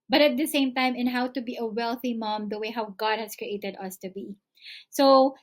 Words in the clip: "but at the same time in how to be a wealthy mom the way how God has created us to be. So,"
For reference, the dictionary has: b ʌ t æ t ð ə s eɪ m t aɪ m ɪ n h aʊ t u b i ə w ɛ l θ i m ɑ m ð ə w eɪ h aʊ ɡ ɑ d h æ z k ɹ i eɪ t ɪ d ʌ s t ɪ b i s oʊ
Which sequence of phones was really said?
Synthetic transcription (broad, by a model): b ʌ t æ t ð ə s eɪ m t aɪ m ɪ n h aʊ t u b i ə w ɛ l θ i m ɑ m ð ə w eɪ h aʊ ɡ ɑ d h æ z k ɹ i eɪ t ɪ d ʌ s t ɪ b i s oʊ